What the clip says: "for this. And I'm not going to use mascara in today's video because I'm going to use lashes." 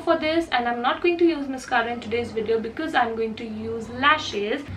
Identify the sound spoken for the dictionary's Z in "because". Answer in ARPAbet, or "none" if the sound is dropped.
Z